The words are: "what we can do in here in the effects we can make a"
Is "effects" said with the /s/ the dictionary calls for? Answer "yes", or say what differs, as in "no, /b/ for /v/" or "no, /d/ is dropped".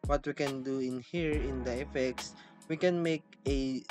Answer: yes